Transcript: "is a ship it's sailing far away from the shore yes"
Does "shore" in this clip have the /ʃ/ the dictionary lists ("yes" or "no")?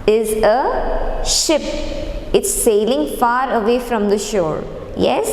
yes